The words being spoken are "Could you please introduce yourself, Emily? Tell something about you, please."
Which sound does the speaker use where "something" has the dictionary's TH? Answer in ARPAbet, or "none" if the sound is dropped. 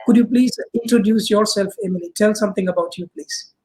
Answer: T